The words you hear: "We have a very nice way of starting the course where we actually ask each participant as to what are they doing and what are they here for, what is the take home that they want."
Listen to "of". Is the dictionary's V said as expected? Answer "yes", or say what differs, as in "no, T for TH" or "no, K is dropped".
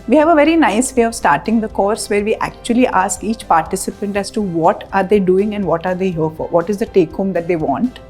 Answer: yes